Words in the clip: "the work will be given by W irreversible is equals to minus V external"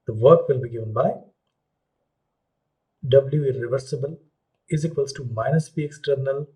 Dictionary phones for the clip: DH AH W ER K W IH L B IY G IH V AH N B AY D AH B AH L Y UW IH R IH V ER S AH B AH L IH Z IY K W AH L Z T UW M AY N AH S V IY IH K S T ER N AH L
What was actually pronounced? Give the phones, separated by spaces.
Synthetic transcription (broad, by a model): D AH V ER K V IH L B IY G IH V AH N B AY D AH B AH L Y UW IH R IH V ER S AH B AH L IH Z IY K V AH L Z T UW M AY N AH S P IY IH K S T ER N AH L